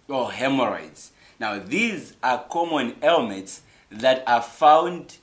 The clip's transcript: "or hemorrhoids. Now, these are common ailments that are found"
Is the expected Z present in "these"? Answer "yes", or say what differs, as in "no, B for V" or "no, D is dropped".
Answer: yes